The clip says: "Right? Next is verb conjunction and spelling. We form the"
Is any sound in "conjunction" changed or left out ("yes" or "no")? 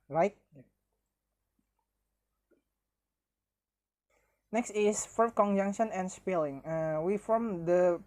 no